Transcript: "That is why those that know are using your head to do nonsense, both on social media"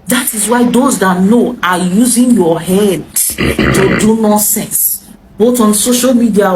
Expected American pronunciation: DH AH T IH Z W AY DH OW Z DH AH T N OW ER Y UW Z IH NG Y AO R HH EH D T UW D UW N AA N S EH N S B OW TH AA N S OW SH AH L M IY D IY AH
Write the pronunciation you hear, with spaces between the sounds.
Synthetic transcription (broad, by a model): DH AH T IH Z W AY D OW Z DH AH T N OW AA Y UW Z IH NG Y AO HH EH D T UW D UW N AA S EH N S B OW T AA N S OW SH AH L M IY D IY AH